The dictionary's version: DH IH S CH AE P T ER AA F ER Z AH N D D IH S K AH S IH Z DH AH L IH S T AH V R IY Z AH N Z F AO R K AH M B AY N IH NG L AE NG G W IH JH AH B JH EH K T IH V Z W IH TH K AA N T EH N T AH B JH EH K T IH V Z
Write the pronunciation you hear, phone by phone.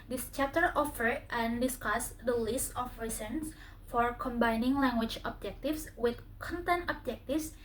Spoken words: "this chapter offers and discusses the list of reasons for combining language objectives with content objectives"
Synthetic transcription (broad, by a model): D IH S CH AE T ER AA F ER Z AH N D D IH S K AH S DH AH L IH S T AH F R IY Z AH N S F AO R K AH M B AY N IH NG L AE NG G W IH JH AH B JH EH K T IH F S W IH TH K AA N T EH N T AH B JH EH K T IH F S